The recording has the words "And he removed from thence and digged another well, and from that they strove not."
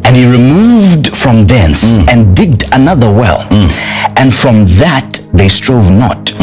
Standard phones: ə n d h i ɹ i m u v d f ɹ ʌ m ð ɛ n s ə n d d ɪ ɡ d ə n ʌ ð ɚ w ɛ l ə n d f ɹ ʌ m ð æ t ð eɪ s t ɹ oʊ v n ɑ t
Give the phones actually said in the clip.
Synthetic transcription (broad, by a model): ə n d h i ɹ i m u v d f ɹ ʌ m ð ɛ n s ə n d d ɪ ɡ d ə n ʌ ð ɚ w ɛ l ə n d f ɹ ʌ m ð æ t ð eɪ s t ɹ oʊ v n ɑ t